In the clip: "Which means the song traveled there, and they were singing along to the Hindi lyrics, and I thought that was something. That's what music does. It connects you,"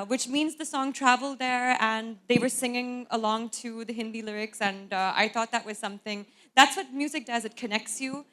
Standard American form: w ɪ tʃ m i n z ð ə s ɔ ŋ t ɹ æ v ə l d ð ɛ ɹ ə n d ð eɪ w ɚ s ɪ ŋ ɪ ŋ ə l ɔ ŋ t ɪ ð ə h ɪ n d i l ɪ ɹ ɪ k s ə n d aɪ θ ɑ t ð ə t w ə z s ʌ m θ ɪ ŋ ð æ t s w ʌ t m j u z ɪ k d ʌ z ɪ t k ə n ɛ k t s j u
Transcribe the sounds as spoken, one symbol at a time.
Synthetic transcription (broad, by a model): w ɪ tʃ m i n z ð ə s ɔ ŋ t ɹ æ v l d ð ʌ ɹ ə n ð eɪ w ɚ s ɪ ŋ ɪ ŋ ə l ɔ ŋ t ɪ ð ə h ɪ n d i l ɪ ɹ ɪ k s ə n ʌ aɪ θ ɑ t ð ə t w ə z s ʌ m θ ɪ ŋ ð æ t s w ʌ t m j u z ɪ k d ʌ z ɪ t k ə n ɛ k t s j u